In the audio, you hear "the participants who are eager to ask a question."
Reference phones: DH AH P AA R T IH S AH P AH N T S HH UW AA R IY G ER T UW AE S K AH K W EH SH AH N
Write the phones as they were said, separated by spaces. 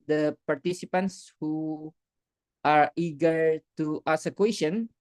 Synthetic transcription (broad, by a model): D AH P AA R T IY S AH P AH N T S HH UW AA R IY G ER T UW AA S AH K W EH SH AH N